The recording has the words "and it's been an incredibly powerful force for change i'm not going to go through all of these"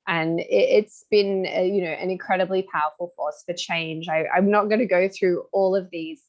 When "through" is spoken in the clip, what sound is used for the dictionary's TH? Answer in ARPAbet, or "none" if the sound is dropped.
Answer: TH